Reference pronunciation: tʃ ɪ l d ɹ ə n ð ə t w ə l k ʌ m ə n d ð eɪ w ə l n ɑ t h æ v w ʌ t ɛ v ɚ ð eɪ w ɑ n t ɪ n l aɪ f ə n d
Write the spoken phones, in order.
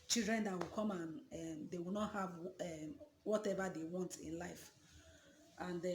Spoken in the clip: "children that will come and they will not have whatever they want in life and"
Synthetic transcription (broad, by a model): tʃ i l d ɹ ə n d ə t w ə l k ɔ m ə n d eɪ w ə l n ɑ t h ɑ v w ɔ t ɛ v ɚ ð eɪ w ɑ n t ɪ n l aɪ f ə n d